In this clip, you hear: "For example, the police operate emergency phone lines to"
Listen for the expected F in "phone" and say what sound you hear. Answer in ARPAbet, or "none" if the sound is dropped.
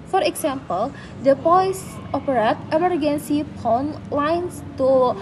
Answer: P